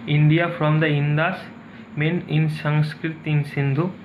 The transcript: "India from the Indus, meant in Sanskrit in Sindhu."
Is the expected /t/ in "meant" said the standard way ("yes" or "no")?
no